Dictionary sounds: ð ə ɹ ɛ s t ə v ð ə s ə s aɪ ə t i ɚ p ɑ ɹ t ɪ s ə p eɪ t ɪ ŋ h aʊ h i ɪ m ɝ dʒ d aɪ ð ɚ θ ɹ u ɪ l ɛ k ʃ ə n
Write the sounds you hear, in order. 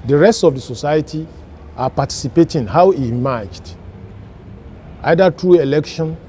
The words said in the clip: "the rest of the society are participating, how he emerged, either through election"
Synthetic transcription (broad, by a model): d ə ɹ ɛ s t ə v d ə s ə s aɪ ə t i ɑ p ɑ t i s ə p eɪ t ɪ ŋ h aʊ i m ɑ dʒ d aɪ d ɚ t ɹ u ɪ l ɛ k ʃ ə n